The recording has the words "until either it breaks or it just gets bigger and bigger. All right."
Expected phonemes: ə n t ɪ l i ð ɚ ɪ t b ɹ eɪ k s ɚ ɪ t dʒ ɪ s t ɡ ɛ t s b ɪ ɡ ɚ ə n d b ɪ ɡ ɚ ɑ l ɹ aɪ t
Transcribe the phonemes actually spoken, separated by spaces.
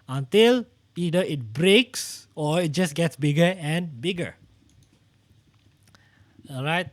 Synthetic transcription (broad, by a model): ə n t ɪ l i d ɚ ɪ t b ɹ eɪ k s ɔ ɪ t dʒ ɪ s ɡ ɛ t s b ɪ ɡ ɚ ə n b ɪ ɡ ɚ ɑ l ɹ aɪ t